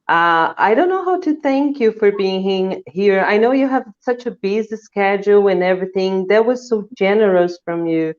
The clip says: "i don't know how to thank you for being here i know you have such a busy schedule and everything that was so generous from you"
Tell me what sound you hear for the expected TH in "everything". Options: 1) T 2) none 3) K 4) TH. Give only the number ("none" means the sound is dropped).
4